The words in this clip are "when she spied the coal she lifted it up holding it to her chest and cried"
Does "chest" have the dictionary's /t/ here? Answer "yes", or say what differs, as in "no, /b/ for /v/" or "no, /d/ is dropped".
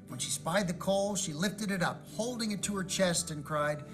yes